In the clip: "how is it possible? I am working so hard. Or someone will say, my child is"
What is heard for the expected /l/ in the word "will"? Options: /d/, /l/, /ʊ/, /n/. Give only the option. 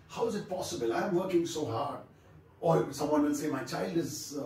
/l/